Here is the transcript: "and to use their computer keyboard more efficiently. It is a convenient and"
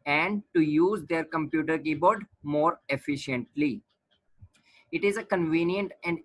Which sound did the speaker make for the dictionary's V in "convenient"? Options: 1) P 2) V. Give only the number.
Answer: 2